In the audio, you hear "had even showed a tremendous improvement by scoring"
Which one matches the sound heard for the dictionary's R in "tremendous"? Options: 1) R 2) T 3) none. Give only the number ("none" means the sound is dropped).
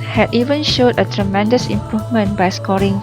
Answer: 1